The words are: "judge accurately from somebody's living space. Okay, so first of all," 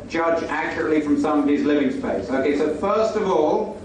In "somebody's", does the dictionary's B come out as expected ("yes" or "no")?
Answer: no